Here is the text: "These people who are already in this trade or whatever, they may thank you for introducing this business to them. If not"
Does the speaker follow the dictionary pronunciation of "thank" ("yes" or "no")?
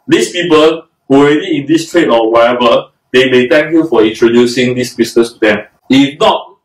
no